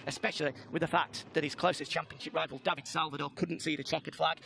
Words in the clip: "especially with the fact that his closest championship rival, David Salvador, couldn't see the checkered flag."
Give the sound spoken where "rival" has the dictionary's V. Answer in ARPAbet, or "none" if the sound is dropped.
V